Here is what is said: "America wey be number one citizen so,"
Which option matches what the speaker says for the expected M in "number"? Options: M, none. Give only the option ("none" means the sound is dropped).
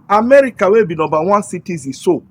none